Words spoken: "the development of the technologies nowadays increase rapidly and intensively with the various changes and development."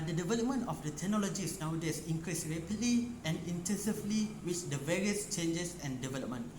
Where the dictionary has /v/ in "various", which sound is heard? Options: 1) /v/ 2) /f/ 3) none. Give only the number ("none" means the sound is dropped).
1